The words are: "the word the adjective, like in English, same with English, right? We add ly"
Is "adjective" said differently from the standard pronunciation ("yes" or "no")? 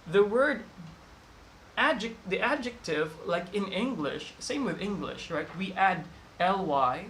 no